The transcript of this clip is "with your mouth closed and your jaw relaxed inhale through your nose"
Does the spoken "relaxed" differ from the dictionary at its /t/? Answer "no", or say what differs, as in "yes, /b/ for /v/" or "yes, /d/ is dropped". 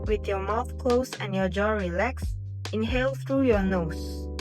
yes, /t/ is dropped